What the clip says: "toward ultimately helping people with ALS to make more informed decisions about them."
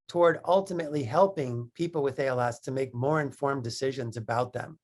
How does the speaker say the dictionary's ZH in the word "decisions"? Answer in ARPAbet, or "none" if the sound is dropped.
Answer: ZH